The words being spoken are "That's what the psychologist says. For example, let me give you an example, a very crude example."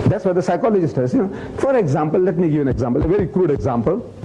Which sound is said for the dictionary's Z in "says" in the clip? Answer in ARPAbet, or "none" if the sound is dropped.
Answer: none